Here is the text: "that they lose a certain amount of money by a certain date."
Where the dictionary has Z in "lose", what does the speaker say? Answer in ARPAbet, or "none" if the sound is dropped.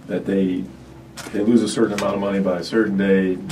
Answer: Z